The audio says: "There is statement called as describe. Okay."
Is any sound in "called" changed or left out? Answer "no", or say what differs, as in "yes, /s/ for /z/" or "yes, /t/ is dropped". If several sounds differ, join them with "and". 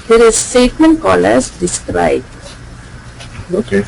yes, /d/ is dropped